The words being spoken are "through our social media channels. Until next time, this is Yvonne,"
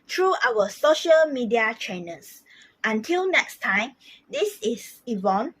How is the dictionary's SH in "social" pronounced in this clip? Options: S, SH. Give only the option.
SH